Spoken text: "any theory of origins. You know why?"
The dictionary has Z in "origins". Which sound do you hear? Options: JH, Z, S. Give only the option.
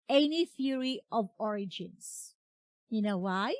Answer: S